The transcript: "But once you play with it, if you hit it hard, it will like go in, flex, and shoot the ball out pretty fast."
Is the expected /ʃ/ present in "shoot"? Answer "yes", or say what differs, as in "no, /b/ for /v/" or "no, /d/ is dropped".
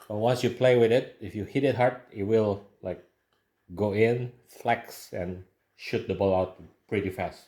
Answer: yes